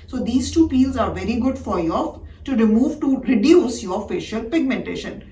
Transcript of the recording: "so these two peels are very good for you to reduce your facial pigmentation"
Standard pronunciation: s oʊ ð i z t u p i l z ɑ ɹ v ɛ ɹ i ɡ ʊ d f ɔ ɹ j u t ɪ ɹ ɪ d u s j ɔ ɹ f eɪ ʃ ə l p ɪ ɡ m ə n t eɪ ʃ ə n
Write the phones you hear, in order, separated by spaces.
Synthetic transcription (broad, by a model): s oʊ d i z t u p i l z ɑ ɹ v ɛ ɹ i ɡ ʊ d f ɔ ɹ j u t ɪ ɹ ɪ d u s j ɔ ɹ f eɪ ʃ ə l p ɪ ɡ m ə n t eɪ ʃ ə n